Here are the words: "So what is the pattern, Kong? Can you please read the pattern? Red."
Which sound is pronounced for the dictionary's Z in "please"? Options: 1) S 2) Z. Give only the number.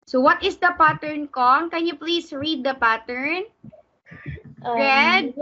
1